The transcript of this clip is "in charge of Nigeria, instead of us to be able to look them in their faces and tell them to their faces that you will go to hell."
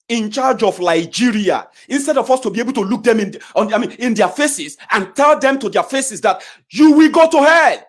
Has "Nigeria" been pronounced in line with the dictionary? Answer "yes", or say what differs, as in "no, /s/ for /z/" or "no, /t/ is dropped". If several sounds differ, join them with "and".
no, /l/ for /n/